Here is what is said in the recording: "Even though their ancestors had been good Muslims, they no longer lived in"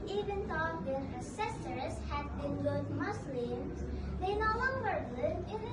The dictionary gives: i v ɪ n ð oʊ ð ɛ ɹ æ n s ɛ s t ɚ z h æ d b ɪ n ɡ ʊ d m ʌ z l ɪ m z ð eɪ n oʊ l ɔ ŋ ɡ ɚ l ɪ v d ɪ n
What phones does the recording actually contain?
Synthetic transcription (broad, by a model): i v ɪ n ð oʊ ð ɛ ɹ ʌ s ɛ s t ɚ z h æ d b ɪ n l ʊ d m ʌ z l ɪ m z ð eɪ n oʊ l ɔ ŋ ɡ ɚ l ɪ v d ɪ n